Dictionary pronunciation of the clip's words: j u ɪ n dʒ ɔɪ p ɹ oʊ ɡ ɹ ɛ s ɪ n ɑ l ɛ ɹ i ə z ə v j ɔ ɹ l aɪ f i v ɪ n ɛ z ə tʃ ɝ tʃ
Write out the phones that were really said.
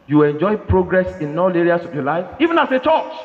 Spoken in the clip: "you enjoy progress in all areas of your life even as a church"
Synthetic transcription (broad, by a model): j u ɪ n dʒ ɔɪ p ɹ oʊ ɡ ɹ ɛ s ɪ n ɑ l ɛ ɹ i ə s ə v j ɔ l aɪ f i v ɪ n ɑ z ə tʃ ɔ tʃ